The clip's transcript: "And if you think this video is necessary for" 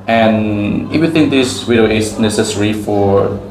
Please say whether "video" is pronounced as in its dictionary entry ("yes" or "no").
no